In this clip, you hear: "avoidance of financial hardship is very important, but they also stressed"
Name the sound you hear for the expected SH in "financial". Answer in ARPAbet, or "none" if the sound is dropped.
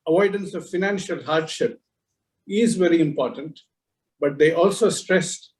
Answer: SH